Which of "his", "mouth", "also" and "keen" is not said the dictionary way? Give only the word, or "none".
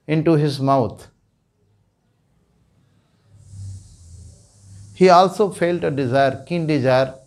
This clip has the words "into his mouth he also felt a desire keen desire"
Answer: mouth